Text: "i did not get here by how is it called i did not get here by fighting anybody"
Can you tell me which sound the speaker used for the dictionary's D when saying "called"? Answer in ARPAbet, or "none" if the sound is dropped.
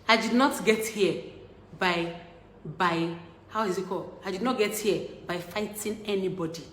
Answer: none